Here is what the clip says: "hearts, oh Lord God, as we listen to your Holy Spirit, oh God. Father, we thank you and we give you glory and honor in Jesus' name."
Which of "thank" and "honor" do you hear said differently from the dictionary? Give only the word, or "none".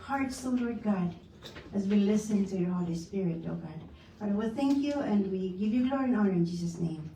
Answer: none